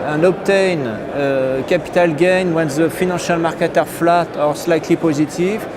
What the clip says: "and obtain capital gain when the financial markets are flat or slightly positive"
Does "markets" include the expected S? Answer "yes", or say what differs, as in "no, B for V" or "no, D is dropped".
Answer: no, S is dropped